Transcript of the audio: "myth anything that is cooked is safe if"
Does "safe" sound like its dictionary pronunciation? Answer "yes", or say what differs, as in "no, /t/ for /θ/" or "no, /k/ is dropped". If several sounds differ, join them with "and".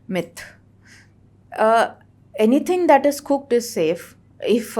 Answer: yes